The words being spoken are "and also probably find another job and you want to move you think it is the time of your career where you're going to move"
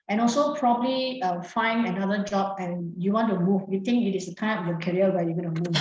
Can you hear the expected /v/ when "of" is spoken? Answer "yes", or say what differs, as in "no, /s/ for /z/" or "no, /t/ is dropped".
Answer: no, /p/ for /v/